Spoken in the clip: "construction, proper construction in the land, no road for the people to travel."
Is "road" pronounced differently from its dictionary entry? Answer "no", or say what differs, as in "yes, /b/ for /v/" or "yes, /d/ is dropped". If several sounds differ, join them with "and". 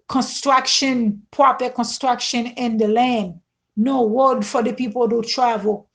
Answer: yes, /w/ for /ɹ/